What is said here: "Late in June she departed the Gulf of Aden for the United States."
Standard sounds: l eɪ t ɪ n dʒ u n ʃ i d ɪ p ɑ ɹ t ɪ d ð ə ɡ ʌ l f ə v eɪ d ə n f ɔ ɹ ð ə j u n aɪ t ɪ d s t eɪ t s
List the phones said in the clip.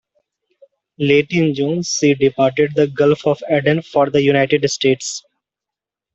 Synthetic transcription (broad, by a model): l eɪ t ɪ n dʒ u n s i d ɪ p ɑ ɹ t ɪ d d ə ɡ ʌ l f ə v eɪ d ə n f ɔ ɹ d ə j u n aɪ t ɪ d s t eɪ t s